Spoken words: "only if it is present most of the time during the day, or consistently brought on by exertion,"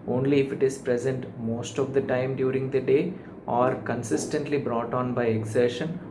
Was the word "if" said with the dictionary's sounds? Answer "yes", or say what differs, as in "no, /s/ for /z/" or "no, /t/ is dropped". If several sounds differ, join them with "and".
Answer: yes